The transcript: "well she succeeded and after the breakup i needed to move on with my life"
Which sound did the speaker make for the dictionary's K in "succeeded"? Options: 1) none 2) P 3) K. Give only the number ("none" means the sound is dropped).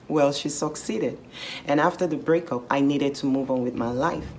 3